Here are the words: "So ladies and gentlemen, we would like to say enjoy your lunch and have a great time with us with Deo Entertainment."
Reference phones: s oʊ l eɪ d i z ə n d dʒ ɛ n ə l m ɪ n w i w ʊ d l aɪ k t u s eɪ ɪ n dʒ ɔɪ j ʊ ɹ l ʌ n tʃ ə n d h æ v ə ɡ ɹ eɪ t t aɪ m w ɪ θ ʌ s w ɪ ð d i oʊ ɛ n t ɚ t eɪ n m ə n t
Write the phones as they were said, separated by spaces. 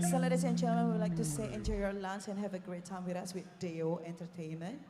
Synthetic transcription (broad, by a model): s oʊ l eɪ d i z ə n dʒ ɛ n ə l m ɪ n w i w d l aɪ k t u s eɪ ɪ n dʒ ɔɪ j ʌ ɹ l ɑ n s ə n h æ v ə ɡ ɹ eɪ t t aɪ m w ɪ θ ʌ s w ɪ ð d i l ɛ n t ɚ t eɪ n m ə n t